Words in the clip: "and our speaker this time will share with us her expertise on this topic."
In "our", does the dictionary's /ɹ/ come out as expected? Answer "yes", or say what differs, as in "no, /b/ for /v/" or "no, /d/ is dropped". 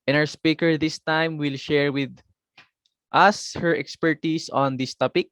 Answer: no, /w/ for /ɹ/